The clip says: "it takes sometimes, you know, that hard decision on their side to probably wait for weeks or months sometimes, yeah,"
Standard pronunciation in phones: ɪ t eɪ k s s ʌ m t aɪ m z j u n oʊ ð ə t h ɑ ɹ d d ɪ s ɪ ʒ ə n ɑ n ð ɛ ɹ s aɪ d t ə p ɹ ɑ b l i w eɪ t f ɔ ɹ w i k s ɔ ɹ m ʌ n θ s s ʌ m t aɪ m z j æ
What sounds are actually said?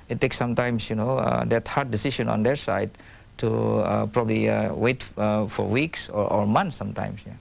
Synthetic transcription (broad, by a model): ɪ t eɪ k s s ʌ m t aɪ m s j u n oʊ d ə t h ɑ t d d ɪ s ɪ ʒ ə n ɑ n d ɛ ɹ s aɪ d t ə p ɹ ɑ b l i w eɪ t f ɔ ɹ w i k s ɔ ɹ m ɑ n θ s s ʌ m t aɪ m s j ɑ